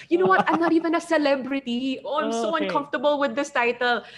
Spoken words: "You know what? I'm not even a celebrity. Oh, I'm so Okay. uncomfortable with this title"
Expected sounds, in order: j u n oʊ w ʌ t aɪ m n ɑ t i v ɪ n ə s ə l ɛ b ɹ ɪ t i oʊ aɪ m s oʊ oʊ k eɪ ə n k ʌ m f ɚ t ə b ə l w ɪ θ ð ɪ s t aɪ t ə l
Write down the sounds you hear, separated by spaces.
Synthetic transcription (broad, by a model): j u n oʊ w ʌ t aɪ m n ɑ t i v ɪ n ə s ə l ɛ b ɹ ɪ t i oʊ aɪ m s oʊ oʊ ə n k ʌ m f t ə b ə l w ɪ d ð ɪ s t aɪ t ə l